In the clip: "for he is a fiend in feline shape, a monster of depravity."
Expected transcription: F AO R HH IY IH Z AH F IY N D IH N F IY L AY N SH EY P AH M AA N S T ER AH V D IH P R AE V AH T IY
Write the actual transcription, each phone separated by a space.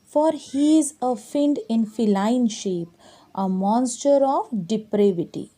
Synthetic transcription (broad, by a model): F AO R HH IY IH Z AH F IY N D IH N F IY L AY N SH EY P AH M AA N S T ER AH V D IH P R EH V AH T IY